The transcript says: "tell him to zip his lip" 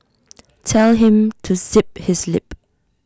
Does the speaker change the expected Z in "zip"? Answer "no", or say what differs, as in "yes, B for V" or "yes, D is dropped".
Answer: yes, S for Z